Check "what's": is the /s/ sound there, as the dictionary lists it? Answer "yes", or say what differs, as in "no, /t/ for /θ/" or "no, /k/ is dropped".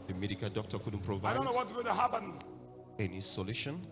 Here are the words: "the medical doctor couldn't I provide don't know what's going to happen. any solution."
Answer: no, /s/ is dropped